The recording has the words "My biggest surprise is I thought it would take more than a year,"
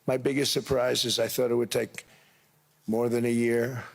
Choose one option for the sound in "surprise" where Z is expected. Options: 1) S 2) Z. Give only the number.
2